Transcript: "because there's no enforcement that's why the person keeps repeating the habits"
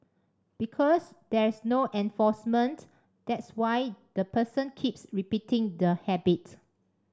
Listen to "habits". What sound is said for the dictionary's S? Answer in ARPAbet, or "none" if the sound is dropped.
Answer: none